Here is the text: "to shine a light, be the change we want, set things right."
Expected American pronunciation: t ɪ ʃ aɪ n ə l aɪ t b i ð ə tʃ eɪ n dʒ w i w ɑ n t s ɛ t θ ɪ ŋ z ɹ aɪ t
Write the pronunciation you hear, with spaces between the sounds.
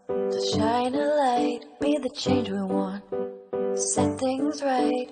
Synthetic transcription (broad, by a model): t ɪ ʃ aɪ n ə l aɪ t b i ð ə tʃ eɪ n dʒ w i w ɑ n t s ɛ t θ ɪ ŋ z ɹ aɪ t